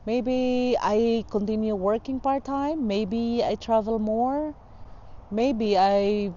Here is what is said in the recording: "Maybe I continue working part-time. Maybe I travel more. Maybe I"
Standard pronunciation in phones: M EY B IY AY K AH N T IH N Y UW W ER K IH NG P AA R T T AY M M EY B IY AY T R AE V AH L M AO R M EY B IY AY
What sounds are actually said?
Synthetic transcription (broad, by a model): M EY B IY AY K AH N T IH N Y UW W ER K IH NG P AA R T T AY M M EY B IY AY T R AE V AH L M AO R M EY B IY AY